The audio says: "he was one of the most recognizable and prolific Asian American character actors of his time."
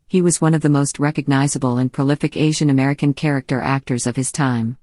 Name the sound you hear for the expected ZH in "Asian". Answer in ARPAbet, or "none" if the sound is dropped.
ZH